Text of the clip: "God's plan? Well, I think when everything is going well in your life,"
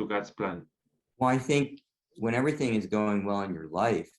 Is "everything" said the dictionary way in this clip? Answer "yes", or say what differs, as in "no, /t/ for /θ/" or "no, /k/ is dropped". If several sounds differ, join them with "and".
yes